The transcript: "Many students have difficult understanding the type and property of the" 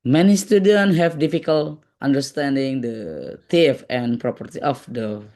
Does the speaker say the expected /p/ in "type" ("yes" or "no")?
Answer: no